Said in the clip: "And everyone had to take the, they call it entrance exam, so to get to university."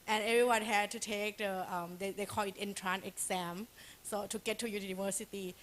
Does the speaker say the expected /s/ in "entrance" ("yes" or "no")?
no